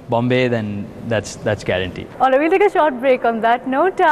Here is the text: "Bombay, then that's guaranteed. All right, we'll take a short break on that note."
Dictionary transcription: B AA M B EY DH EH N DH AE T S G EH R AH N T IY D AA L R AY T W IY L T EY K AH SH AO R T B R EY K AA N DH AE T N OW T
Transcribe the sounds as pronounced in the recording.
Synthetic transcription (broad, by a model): B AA M B EY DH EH N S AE T S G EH R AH N T IY AA L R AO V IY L T EY K AH SH AO R T B R EY K AA N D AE T N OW T